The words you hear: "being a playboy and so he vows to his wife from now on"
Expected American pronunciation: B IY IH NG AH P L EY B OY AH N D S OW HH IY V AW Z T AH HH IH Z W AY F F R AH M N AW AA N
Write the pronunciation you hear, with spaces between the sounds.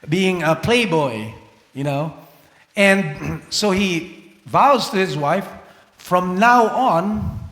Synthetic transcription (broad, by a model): B IY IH NG AH P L EY B OY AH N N S OW HH IY V AW Z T HH IH Z W AY F F R AH M N AW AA N